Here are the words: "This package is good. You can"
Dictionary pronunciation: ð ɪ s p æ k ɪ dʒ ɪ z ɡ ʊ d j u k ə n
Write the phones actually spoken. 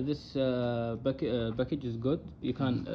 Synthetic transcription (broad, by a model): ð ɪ s b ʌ k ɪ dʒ ɪ z ɡ ʊ d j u k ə n